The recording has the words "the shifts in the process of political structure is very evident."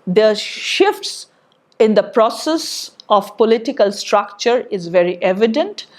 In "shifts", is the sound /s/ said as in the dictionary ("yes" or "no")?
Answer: yes